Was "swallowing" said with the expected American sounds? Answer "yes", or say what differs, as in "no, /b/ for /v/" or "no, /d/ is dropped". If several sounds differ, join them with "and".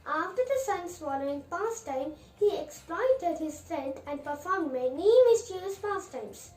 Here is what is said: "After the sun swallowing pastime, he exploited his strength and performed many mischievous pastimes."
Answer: no, /n/ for /l/